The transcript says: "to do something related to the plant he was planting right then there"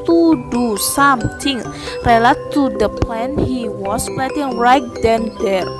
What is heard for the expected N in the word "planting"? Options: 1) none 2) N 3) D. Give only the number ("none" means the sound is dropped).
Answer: 1